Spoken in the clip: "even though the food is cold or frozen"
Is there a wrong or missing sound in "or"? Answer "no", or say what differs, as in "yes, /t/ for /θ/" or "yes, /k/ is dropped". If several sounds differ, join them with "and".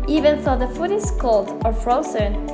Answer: no